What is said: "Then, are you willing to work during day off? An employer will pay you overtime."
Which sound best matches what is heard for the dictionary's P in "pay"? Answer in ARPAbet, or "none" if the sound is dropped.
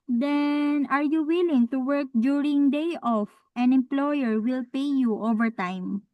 P